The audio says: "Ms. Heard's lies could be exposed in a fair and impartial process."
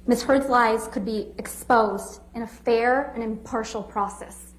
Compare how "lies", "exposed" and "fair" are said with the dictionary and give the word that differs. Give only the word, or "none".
none